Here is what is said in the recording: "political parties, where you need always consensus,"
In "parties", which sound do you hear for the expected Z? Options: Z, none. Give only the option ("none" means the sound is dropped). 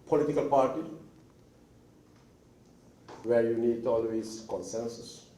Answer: none